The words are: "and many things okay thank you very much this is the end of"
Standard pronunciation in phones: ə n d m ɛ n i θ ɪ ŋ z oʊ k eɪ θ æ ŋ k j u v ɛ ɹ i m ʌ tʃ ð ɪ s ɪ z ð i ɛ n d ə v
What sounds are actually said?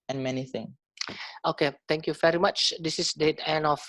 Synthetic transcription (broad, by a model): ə n m ɛ n i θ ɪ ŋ oʊ k eɪ t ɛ ŋ k j u v ɛ ɹ i m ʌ tʃ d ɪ s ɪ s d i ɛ n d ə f